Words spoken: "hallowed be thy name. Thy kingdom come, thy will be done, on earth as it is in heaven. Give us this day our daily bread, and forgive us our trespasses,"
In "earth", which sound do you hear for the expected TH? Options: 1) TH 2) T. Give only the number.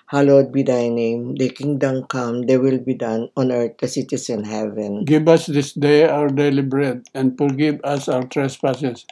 2